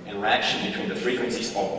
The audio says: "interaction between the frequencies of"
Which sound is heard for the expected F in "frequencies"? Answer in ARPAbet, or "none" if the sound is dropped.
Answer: F